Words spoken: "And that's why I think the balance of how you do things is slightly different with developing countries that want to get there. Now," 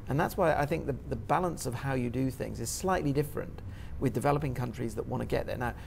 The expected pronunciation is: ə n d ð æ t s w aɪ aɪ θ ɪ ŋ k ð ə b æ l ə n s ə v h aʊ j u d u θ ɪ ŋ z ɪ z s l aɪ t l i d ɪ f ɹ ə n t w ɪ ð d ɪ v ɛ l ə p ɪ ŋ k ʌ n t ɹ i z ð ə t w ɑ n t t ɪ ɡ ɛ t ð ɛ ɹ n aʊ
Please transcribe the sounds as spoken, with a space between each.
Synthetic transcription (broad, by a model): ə n ð æ t s w aɪ aɪ θ ɪ ŋ k ð ə b æ l ə n s ə v h aʊ j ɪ d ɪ θ ɪ ŋ z ɪ z s l aɪ t l i d ɪ f ɹ ə n t w ɪ ð d ɪ v ɛ l ə p ɪ ŋ k ʌ n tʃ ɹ i z ð ə t w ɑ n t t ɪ ɡ ɛ t ð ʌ ɹ n aʊ